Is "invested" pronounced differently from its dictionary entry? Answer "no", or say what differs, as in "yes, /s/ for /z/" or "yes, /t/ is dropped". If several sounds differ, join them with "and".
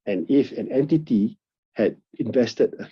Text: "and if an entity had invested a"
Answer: no